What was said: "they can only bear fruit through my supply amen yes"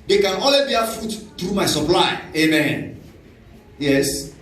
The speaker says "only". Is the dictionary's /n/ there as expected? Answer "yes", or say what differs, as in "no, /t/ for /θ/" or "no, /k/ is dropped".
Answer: no, /n/ is dropped